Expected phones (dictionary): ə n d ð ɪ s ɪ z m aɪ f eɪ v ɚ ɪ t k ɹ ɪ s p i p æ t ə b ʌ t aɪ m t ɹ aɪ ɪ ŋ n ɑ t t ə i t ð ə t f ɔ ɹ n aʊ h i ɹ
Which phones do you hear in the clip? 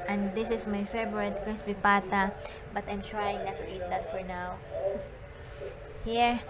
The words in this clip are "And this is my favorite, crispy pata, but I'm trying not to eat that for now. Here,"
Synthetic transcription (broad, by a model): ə n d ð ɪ s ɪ s m aɪ f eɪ b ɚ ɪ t k ɹ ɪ s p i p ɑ t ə b ʌ t aɪ m t ɹ aɪ ɪ ŋ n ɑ t t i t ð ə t f ɔ ɹ n aʊ h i ɹ